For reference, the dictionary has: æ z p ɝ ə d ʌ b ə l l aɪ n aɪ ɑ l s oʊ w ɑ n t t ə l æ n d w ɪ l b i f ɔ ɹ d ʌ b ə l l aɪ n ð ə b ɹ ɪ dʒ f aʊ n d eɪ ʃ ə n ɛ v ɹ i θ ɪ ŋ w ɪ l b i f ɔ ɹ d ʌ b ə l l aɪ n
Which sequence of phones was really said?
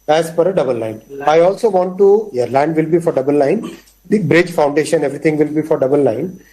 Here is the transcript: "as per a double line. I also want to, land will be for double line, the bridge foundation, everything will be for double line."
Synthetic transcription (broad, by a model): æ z f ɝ ə d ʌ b ə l l aɪ n aɪ ɑ l s oʊ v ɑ n t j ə l æ n d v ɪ l b i f ɔ ɹ d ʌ b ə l l aɪ n b ɹ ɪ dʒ f aʊ n d eɪ ʃ ə n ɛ v ɹ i t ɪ ŋ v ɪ l b i f ɔ ɹ d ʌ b ə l l aɪ n